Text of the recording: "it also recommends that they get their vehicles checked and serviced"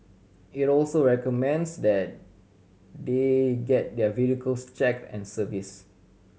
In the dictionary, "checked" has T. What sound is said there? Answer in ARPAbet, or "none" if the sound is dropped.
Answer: none